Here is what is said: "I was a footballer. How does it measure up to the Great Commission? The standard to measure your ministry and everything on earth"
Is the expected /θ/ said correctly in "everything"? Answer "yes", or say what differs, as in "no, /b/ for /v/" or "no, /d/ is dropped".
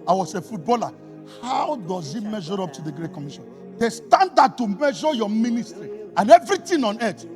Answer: no, /t/ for /θ/